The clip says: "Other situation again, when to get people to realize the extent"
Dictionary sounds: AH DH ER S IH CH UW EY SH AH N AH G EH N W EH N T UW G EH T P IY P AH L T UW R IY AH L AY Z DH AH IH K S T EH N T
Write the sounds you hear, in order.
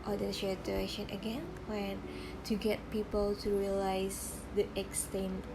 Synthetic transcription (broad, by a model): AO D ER SH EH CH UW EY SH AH N AH G EH N W EH N T UW G EH T P IY P AH L T UW R IY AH L AY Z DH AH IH K S T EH N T